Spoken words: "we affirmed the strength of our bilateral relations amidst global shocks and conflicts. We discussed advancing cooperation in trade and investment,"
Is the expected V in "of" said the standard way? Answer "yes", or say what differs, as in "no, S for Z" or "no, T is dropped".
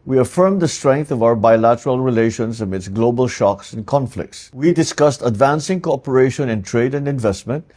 yes